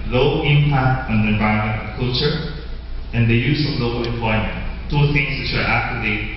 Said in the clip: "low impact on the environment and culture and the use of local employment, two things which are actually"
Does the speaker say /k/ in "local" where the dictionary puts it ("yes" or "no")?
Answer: no